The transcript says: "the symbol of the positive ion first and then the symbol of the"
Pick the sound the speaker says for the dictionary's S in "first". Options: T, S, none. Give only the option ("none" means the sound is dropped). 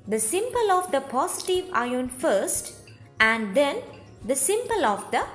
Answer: S